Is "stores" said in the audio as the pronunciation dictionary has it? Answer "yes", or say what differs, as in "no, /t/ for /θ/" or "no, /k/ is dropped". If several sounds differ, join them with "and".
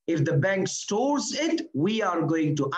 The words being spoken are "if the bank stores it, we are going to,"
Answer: yes